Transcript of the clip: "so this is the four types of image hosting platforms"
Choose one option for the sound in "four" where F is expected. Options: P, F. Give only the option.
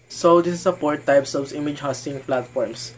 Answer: P